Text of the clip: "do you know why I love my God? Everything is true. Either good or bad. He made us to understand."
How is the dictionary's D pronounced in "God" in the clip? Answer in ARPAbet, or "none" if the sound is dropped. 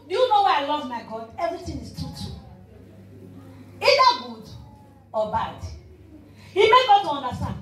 D